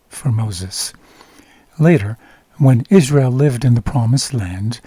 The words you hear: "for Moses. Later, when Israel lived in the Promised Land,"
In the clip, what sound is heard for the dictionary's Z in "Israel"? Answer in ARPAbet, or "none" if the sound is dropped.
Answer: Z